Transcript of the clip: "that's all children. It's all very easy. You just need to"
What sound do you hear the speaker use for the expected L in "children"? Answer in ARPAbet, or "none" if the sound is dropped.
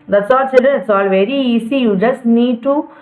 none